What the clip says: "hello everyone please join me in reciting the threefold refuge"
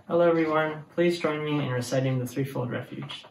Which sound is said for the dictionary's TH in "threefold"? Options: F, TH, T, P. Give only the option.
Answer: TH